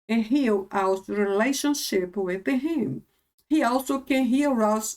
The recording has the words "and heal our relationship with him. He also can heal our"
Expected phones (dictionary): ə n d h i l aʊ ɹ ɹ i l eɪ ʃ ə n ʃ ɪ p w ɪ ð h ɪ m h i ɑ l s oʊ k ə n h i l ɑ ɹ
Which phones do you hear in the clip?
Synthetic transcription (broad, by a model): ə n h i l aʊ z ɹ i l eɪ ʃ ə n ʃ ɪ p w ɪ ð h ɪ m h i ɑ l s oʊ k ə n h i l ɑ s